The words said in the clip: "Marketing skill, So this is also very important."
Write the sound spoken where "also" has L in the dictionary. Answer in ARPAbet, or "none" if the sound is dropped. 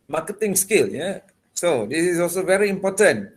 L